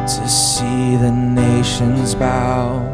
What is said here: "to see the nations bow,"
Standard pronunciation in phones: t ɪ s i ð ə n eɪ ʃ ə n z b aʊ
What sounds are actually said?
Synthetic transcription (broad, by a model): t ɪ s i ð ə n eɪ ʃ ə n z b aʊ